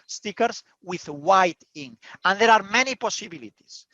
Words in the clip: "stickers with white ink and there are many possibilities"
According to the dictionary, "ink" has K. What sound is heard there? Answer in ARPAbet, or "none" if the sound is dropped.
none